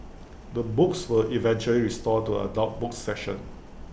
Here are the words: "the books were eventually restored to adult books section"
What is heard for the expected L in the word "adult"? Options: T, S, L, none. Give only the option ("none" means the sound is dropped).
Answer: none